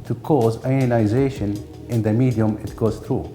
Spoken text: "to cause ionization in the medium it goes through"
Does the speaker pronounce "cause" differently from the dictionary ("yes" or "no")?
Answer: no